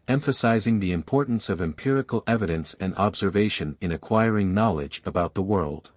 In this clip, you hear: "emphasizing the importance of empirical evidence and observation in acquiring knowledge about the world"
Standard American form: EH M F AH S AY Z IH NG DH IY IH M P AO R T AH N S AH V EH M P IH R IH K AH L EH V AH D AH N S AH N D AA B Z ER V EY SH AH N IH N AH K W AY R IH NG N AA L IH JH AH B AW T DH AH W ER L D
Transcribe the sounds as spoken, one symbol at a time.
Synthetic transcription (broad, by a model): EH M F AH S AY Z IH NG DH IY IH M P AO R T N S AH V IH M P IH R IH K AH L EH V AH D AH N S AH N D AA B Z ER V EY SH AH N IH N AH K W AY R IH NG N AA L IH JH AH B AW T DH AH W ER L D